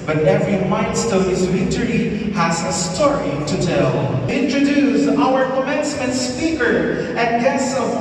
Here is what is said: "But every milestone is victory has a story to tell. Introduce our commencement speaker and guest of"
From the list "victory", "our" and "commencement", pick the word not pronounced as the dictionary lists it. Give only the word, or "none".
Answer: victory